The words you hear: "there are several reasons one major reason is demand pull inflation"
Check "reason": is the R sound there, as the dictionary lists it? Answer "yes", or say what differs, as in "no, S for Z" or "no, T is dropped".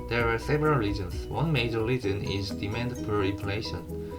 no, L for R